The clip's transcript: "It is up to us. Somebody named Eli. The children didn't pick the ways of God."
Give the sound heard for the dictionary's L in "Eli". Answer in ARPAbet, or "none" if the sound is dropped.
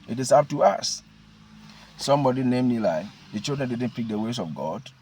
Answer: L